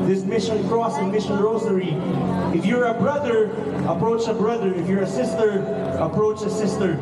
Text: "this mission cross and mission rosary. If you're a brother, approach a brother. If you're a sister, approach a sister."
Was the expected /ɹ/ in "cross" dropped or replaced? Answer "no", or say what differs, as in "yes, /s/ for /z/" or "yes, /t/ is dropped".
no